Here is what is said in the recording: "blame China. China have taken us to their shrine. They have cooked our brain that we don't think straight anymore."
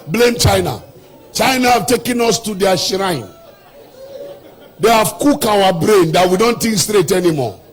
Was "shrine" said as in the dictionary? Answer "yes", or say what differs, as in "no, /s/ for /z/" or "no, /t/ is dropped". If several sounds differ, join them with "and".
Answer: yes